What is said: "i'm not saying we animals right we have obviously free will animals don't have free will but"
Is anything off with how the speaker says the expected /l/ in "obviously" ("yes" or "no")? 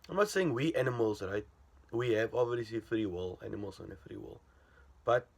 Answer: yes